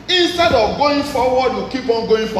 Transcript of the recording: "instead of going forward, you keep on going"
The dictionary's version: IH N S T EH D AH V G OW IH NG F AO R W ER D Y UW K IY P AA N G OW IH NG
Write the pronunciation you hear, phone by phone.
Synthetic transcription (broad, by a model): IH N S T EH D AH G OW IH F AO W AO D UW K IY B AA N G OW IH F